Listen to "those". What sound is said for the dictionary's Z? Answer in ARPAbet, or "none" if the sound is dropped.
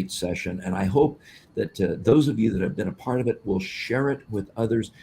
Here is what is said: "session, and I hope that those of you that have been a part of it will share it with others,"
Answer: Z